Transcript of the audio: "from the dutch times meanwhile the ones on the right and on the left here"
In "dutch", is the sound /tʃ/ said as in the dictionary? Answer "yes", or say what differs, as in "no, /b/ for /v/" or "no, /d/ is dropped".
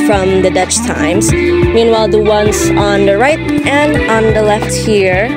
yes